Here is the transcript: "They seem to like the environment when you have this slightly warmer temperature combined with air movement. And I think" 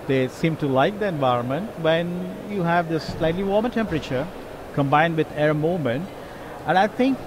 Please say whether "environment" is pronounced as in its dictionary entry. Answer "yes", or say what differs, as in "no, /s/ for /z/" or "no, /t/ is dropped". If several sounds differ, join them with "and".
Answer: yes